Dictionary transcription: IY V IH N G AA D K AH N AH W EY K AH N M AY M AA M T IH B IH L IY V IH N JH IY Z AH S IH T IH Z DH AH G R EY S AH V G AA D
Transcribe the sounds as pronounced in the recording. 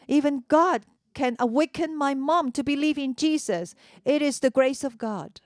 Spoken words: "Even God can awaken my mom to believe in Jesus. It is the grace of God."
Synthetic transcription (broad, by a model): IY V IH N G AA D K AH N AH W EY K AH N M AY M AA M T IH B IH L IY V IH N JH IY Z AH S IH T IH Z DH AH G R EY S AH V G AA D